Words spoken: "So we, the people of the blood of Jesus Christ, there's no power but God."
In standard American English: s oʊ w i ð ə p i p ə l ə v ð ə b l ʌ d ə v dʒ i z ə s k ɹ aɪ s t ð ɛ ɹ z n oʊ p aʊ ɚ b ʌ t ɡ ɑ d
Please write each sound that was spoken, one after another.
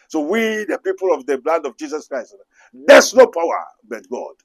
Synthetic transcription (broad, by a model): s oʊ w i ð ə p i p ə l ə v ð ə b l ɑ d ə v dʒ i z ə s k ɹ aɪ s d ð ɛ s n oʊ p aʊ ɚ b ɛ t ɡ ɑ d